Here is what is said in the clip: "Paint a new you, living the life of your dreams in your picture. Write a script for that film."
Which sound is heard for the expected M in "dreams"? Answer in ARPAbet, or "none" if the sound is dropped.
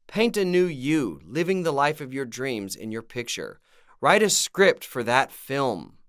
M